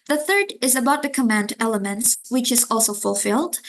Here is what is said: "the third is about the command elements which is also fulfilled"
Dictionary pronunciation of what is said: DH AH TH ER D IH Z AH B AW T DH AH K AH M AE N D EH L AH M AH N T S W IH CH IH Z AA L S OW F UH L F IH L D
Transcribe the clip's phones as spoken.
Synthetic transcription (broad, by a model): DH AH TH ER D IH Z AH B AW T DH AH K AH M AE N D EH L AH M AH N T S W IH CH IH Z AA L S OW F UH L F IH L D